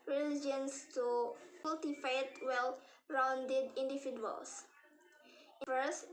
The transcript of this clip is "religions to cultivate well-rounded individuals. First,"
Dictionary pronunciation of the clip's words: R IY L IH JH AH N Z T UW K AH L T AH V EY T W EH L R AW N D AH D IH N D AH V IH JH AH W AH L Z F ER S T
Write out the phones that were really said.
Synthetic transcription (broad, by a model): R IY L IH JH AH N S T UW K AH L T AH F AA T W EH L R AW N D AH D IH N D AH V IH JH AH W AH L S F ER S